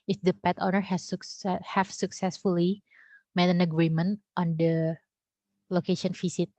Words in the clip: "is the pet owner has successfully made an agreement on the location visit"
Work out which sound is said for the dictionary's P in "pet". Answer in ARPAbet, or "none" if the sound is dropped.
P